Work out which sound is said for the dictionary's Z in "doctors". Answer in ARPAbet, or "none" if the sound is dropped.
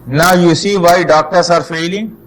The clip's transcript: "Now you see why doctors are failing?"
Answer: S